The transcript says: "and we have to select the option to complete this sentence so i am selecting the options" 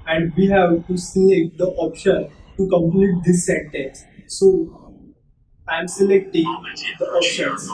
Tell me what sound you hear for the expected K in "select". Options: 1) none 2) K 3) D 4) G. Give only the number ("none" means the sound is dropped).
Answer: 1